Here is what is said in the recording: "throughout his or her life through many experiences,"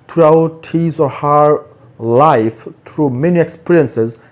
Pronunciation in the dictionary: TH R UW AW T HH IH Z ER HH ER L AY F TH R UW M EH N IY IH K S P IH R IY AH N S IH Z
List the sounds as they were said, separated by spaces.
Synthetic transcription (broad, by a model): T R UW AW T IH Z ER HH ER L AY F T R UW M EH N IY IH K S P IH R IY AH N S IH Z